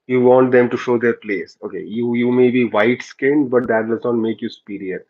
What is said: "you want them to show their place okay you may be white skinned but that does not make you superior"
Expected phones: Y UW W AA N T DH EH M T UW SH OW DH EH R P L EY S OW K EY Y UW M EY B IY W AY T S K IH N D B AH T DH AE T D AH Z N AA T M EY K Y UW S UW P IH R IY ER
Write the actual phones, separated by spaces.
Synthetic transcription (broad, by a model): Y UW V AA N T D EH M T UW SH OW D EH R P L EY S OW K EY Y UW M EY B IY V AY T S K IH N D B AH T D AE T D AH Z N AA T M EY K Y UW S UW P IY R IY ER